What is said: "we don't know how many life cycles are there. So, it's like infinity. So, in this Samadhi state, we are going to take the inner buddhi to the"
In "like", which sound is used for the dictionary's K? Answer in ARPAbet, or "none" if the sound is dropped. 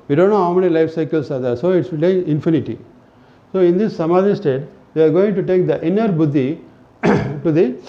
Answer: none